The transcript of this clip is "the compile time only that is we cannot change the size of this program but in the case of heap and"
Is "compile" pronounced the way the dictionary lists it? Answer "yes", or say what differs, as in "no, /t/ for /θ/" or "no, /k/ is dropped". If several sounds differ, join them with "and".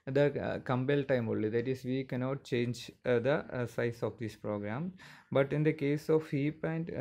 no, /b/ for /p/